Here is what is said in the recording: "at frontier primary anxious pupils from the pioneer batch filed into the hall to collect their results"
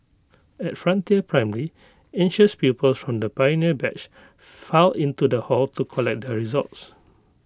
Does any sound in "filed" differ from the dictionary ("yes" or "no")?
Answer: yes